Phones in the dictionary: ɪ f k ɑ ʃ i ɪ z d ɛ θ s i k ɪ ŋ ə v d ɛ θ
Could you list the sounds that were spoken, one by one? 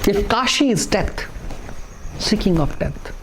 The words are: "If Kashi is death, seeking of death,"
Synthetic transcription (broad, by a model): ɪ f k ɑ ʃ i ɪ z d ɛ t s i k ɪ ŋ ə p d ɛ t